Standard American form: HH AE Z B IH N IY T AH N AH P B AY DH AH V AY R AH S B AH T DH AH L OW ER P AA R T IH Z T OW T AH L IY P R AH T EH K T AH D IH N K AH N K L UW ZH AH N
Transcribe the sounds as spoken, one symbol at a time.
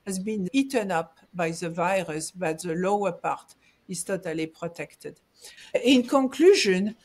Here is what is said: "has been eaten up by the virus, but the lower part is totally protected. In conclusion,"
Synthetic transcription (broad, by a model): HH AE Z B IH N IY T AH N AH P B AY DH AH V AY R AH S B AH T DH AH L OW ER P AA R T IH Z T OW T AH L IY P R AH T EH K T AH D IH N K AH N K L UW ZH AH N